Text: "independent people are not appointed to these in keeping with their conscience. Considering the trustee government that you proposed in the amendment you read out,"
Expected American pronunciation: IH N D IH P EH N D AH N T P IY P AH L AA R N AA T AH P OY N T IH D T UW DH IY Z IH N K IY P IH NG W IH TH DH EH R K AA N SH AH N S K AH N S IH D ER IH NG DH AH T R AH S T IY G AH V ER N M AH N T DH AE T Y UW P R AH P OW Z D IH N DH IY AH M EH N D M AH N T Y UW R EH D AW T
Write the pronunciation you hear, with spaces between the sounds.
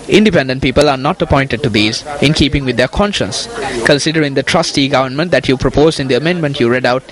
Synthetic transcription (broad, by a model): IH N D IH P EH N D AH N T P IY P AH L AA R N AA T AH P OY N T IH D T UW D IY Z IH N K IY P IH NG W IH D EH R K AA N SH AH N S K AH N S IH D ER IH NG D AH T R AH S T IY G AH V ER N M AH N T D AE T Y UW P R AH P OW Z D IH N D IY AH M EH N D M AH N T Y UW R EH D AW T